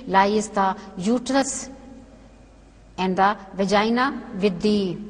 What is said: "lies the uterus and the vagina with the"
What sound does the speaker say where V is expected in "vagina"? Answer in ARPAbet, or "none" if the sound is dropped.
V